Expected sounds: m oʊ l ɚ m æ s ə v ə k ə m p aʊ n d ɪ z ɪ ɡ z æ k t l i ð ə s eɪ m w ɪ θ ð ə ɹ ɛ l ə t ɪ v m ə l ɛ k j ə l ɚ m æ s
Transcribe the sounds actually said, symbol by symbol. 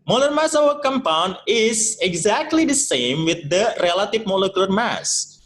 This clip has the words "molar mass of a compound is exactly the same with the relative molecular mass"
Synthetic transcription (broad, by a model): m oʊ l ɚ m æ s ə v ə k ə m p aʊ n d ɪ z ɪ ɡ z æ k t l i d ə s eɪ m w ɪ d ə ɹ ɛ l ə t ɪ v m ə l ɛ k j ə l ɚ m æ s